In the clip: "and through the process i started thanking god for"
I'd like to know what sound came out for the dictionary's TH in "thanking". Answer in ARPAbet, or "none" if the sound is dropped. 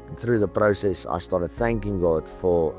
TH